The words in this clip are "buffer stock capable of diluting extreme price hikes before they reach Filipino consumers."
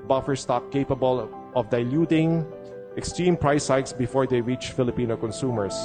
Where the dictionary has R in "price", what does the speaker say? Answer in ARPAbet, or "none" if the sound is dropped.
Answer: R